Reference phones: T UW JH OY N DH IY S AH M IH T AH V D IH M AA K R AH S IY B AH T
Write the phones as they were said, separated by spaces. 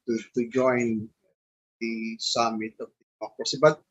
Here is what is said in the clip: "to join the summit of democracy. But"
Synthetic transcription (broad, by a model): T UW JH OY N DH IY S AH M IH T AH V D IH AA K AH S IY B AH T